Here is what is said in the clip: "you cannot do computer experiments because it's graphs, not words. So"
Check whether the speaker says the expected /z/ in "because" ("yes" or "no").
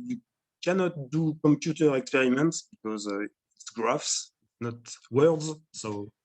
yes